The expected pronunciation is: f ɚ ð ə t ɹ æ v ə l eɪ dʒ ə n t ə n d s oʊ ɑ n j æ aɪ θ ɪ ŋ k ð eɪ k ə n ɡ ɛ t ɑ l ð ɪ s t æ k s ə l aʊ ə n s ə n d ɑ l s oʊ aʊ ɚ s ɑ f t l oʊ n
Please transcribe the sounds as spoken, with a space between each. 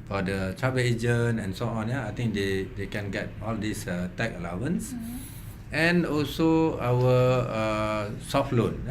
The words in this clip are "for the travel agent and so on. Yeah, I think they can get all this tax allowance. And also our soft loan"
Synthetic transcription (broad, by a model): f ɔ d ə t ɹ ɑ b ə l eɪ dʒ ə n ə n s oʊ ɑ n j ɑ aɪ t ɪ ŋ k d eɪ k ə n ɡ ɛ t ɑ l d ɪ s t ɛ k ə l aʊ ə n s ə n ɑ l s oʊ aʊ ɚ s ɑ f t l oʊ n